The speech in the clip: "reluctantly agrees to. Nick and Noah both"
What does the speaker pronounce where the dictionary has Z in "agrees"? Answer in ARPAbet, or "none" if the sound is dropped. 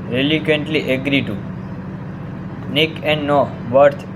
none